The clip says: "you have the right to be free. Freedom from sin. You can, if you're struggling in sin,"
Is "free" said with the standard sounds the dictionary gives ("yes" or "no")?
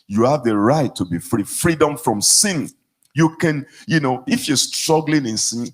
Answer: yes